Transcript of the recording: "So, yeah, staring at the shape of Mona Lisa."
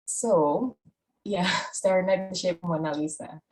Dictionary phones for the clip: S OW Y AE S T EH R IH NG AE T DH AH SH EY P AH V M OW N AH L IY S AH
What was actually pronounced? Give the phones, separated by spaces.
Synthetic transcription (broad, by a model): S OW Y AE S T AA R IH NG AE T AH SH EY AH P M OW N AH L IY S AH